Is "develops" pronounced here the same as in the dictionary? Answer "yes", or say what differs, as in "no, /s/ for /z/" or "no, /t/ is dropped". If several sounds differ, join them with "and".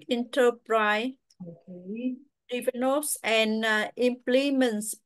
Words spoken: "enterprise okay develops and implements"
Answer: no, /n/ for /l/ and /p/ is dropped